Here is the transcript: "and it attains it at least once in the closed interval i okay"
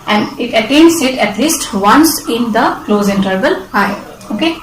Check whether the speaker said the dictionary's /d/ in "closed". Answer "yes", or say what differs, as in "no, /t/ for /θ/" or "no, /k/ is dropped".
no, /d/ is dropped